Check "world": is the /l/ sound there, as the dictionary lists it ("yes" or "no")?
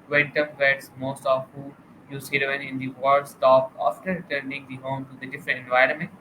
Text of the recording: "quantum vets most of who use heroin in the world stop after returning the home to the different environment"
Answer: no